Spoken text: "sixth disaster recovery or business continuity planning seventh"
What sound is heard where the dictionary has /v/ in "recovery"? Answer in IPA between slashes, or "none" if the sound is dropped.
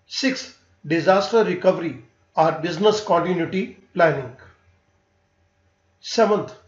/v/